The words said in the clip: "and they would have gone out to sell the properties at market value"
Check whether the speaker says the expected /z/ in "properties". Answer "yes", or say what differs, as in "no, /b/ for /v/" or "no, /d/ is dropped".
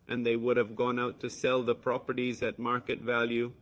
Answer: yes